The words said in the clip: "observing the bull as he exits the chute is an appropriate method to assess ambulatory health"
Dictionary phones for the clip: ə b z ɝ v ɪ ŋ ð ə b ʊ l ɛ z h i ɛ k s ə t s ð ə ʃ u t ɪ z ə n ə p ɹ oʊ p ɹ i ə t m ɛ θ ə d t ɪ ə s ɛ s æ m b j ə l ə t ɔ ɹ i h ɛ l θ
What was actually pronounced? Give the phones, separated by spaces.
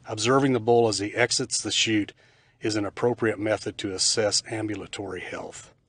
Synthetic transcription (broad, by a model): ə b z ɝ v ɪ ŋ ð ə b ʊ l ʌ z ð i ɛ k s ə t s ð ə ʃ u t ɪ z ə n ə p ɹ oʊ p ɹ i ə t m ɛ θ ə d t ɪ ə s ɛ s æ m b j ə l ə t ɔ ɹ i h ɛ l θ